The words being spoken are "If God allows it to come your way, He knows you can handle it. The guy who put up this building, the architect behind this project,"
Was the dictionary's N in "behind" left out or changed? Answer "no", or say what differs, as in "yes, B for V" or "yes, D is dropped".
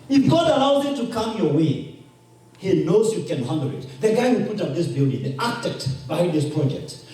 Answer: yes, N is dropped